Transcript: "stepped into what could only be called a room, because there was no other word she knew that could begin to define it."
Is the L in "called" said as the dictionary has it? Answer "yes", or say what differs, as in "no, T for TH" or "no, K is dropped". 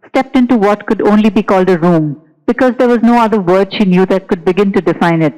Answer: yes